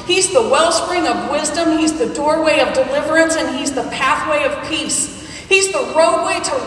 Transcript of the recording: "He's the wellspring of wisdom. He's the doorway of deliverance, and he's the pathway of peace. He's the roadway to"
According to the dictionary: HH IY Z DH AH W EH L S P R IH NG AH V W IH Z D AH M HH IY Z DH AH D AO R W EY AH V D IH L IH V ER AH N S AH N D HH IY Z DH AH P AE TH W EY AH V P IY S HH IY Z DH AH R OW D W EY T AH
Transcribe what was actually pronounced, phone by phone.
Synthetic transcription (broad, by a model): HH IY Z DH AH W EH L S P R IH NG AH V W IH Z D AH M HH IY Z DH AH D AO R W EY AH V D IH L IH V ER AH N S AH N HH IY Z DH AH P AE TH W EY AH V P IY S HH IY Z DH AH R OW D W EY T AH